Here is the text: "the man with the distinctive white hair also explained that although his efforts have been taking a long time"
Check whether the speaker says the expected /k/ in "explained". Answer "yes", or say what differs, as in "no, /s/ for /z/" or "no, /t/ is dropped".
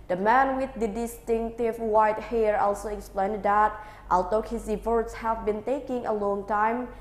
yes